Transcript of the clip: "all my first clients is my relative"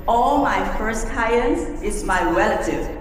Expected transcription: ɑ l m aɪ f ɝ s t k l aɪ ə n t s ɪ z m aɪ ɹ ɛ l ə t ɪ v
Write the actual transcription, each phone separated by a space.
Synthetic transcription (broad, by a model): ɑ l m aɪ f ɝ s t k aɪ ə n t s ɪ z m aɪ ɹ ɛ l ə t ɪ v